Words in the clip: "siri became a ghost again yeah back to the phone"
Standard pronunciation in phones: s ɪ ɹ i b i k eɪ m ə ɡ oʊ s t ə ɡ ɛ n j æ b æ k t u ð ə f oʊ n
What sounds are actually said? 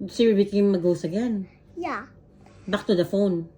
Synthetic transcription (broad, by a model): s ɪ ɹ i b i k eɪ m ə ɡ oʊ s ə ɡ ɛ n j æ b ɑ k t u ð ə f oʊ n